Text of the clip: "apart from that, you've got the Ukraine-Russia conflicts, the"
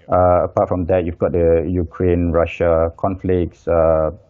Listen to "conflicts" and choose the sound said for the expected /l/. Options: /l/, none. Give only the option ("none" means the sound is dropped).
/l/